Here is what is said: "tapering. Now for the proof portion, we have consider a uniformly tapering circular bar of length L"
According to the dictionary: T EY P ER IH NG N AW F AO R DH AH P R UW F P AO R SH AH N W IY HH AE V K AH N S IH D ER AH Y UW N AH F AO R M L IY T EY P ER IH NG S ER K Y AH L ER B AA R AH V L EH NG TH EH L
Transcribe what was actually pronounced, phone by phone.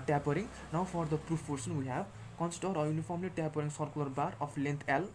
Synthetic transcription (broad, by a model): T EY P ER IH NG N AW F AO R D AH P R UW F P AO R S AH N W IY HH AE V K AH N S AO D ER AH Y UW N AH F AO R M L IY T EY P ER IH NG S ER K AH L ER B AA R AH P L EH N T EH L